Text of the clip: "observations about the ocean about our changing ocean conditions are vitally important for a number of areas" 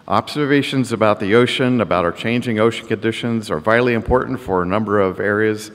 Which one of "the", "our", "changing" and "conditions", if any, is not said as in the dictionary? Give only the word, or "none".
none